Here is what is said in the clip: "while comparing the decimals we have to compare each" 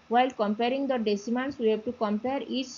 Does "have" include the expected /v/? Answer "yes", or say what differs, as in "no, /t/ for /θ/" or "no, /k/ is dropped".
no, /b/ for /v/